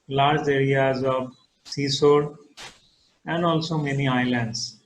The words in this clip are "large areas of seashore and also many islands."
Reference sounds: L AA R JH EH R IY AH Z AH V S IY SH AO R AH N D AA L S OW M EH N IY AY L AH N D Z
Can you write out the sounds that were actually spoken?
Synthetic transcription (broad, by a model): L AA R JH EH R IY AH Z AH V S IY S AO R AH N D AA L S OW M EH N IY AY L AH N D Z